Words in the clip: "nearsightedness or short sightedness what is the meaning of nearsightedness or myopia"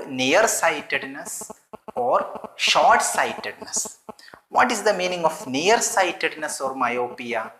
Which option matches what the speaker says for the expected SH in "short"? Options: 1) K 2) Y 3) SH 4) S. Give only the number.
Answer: 3